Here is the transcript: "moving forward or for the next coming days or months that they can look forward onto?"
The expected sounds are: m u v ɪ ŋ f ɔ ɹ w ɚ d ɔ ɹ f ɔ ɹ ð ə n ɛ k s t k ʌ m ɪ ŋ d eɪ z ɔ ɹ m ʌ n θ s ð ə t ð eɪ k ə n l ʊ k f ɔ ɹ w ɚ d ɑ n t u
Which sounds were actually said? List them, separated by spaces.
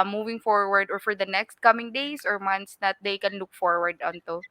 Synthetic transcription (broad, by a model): m u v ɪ ŋ f ɔ ɹ w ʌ d ɔ ɹ f ɔ ɹ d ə n ɛ k s t k ʌ m ɪ ŋ d eɪ s ɔ ɹ m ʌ n t s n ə t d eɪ k ə n l ʊ k f ɔ ɹ w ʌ d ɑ n t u